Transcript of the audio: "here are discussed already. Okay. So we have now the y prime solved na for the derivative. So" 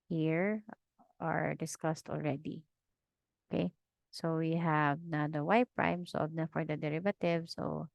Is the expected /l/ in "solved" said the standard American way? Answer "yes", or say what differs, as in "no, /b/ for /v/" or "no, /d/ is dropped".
no, /l/ is dropped